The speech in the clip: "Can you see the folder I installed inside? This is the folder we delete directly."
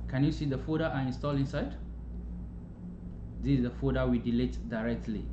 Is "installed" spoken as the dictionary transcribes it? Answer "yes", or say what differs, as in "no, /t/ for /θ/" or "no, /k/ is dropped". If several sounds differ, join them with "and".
no, /d/ is dropped